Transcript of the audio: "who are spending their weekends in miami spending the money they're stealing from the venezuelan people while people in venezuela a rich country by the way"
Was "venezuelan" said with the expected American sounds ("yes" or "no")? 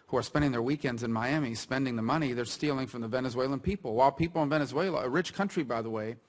yes